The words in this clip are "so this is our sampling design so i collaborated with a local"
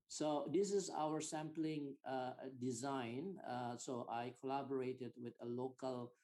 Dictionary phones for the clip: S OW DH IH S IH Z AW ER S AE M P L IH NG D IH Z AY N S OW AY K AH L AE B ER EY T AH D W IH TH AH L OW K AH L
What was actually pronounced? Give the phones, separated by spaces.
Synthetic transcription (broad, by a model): S OW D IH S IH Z AW ER S AE M P L IH NG D IH Z AY N S OW AY K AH L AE B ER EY T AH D W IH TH AH L OW K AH L